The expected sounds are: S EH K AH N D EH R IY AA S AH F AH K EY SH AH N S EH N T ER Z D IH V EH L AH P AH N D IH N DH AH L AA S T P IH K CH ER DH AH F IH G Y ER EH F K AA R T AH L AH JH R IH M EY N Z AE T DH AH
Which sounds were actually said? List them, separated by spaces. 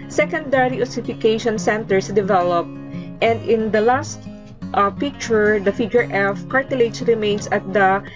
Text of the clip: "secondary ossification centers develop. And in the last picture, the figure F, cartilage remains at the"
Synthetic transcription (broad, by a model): S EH K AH N D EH R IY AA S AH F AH K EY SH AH N S EH N T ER S D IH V EH L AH P AH N D IH N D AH L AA S T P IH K CH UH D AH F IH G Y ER EH F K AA R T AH L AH CH R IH M EY N S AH T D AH